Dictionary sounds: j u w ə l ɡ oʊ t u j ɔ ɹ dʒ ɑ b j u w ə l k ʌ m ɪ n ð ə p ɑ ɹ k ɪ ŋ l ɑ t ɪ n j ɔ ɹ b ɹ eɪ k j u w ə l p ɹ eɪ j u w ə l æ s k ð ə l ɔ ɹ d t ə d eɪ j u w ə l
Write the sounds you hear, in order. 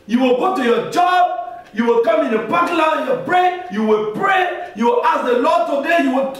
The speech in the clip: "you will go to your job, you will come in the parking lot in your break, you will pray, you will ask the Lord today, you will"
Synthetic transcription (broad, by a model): j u w ə l ɡ oʊ t u j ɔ dʒ ɑ b j u w ə l k ʌ m ɪ n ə b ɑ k l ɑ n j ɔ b ɹ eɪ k j u w ə l p ɹ eɪ j u w ə l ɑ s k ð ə l ɔ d t ə d eɪ j u w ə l